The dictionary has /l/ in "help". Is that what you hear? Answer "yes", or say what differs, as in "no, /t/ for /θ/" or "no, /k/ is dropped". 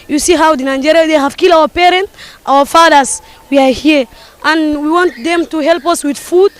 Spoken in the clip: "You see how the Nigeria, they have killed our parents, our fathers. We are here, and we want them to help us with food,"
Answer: yes